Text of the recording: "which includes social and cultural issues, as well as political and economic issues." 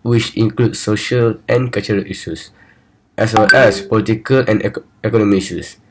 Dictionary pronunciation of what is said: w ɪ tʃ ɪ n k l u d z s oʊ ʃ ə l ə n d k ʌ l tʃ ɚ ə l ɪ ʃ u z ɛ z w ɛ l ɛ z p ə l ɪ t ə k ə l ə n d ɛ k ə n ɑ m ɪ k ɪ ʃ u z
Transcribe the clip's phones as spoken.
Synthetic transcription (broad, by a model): w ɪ tʃ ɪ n k l u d s oʊ ʃ ə l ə n k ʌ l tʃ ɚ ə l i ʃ u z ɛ s w ɛ l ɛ s p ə l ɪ t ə k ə l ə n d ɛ k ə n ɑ m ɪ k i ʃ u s